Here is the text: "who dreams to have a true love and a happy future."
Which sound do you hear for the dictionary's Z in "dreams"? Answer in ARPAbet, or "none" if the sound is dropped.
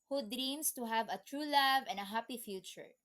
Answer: S